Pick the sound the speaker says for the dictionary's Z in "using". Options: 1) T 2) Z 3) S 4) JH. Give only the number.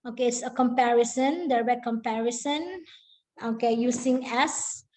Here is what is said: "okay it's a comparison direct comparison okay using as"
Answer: 3